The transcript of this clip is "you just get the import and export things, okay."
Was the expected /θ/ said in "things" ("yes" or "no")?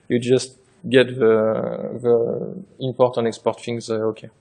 no